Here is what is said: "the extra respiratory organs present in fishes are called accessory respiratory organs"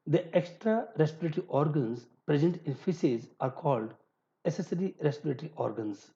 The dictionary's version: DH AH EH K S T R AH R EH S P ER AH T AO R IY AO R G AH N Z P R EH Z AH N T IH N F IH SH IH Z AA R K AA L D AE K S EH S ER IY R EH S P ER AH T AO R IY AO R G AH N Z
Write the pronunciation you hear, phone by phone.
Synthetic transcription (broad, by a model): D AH EH K S T R AH R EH S P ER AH T R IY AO R G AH N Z P R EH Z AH N T IH N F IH S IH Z AA R K AA L D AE S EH S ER IY R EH S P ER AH T R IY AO R G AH N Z